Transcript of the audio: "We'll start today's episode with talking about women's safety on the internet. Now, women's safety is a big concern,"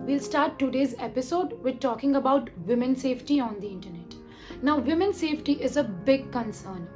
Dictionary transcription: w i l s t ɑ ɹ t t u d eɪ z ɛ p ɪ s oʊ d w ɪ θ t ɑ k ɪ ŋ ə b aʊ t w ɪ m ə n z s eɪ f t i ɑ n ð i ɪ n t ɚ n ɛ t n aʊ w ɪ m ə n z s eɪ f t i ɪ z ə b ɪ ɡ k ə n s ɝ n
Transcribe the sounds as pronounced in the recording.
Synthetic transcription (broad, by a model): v i l s t ɑ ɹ t t u d eɪ z ɛ p ɪ s oʊ d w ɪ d t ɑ k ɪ ŋ ə b aʊ t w ɪ m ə n s eɪ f t i ɑ n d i ɪ n t ɚ n ɛ t n aʊ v ɪ m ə n s eɪ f t i ɪ z ə b ɪ ɡ k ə n s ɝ n